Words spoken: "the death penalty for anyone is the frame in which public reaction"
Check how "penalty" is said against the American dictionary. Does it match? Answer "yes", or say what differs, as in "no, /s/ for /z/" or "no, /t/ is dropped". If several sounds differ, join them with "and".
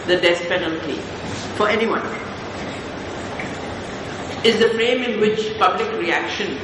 yes